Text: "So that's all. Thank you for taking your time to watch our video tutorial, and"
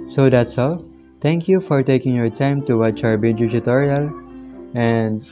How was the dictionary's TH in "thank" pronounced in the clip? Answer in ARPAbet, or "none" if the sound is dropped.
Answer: T